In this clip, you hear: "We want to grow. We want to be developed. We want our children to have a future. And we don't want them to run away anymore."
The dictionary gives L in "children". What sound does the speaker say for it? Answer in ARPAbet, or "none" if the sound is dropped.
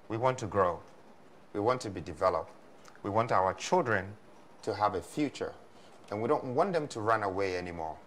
L